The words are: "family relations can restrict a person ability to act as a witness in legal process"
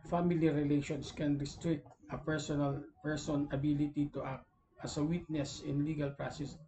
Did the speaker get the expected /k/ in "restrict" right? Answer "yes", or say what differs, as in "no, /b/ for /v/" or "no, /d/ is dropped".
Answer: yes